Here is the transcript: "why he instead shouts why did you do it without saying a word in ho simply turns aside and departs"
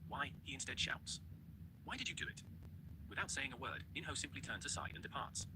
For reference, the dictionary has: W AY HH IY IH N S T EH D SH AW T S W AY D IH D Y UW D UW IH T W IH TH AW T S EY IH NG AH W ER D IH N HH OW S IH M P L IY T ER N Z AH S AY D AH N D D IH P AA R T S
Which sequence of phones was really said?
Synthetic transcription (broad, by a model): W AY HH IY IH N S T EH D SH AW T S W AY D IH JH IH D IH IH T W IH TH AW T S EY IH NG AH W ER D IH N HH OW S IH M P L IY T ER N Z AH S AY D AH N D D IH P AA R T S